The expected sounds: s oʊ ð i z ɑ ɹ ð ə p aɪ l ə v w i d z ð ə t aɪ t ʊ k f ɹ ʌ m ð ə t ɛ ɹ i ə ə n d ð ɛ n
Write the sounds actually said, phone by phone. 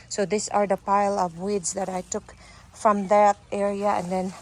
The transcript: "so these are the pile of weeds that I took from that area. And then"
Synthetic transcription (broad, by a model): s oʊ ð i s ɑ ɹ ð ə p aɪ l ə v w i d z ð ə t aɪ t ʊ k f ɹ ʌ m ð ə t ɛ ɹ i ə ə n d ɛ n